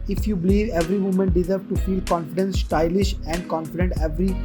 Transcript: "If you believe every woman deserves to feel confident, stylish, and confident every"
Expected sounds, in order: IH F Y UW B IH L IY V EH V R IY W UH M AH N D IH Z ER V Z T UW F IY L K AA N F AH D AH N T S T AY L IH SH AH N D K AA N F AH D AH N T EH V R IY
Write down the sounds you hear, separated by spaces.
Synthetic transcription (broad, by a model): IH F Y UW B IH L IY V EH V R IY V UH M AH N D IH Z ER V T UW F IY L K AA N F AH D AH N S S T AY L IH SH AH N D K AA N F AH D AH N T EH V R IY